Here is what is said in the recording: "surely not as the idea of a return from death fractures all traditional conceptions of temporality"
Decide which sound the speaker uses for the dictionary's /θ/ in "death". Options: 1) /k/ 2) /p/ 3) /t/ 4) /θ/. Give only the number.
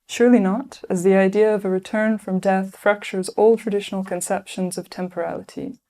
4